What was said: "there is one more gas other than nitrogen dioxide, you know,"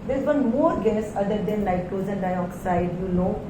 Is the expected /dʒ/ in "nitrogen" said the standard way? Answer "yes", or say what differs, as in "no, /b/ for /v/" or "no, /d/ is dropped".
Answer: no, /z/ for /dʒ/